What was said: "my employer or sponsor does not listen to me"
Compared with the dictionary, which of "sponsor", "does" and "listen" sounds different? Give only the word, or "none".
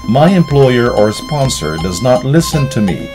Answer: none